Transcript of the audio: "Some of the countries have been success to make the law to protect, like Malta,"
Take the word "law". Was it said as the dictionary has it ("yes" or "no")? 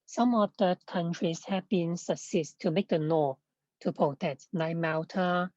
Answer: no